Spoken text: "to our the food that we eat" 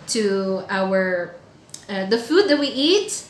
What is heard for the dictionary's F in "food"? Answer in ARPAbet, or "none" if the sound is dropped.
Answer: F